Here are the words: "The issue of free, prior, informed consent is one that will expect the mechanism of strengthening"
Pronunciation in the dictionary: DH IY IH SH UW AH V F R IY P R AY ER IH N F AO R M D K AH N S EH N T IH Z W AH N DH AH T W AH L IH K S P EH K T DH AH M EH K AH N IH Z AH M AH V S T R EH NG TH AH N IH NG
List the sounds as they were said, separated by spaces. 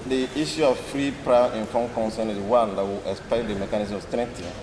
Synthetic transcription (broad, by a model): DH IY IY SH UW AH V F R IY P R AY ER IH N F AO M K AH N S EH N IH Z W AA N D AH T W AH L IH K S P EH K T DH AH M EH K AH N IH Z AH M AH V S T R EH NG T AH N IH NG